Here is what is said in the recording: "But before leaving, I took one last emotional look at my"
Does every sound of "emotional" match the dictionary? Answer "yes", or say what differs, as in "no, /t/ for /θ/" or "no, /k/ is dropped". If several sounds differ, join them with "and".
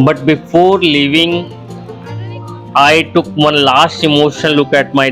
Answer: no, /n/ is dropped and /n/ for /l/